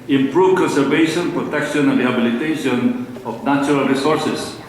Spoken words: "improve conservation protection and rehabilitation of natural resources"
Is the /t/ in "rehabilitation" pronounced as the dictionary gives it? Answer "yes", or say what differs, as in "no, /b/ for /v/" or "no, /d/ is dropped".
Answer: yes